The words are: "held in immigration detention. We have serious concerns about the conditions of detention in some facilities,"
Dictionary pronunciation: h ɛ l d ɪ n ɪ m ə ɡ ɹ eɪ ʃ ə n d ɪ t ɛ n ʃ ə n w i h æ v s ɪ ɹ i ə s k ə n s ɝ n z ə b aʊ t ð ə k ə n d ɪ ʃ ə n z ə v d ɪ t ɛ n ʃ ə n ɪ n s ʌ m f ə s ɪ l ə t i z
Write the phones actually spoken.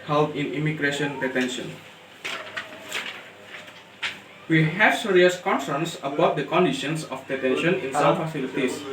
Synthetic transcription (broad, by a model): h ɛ l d ɪ n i m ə ɡ ɹ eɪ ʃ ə n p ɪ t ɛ n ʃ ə n w i h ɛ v s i ɹ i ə s k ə n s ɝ n s ə b aʊ t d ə k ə n d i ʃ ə n s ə p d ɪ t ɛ n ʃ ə n ɪ n s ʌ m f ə s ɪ l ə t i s